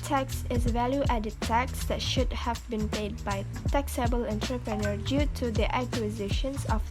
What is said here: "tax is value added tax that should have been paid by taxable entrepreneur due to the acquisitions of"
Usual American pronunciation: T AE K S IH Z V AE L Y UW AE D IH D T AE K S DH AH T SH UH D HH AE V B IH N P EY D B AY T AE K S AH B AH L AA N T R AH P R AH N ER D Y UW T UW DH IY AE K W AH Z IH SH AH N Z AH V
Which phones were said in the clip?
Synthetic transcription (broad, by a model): T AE K S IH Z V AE L Y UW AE D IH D T AE K S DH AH T SH UH D HH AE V B IH N P EY D B AY T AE K S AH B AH L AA N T R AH P R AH N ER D Y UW T UW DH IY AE K W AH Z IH SH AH N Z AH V